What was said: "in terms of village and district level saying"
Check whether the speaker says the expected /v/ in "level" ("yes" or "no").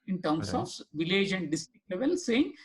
yes